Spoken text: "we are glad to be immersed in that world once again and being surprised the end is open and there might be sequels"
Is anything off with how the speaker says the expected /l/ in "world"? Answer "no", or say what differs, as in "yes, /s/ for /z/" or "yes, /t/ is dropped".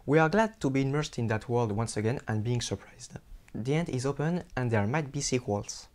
no